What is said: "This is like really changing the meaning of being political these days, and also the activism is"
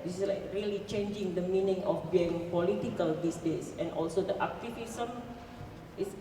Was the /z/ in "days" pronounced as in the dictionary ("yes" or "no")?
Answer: no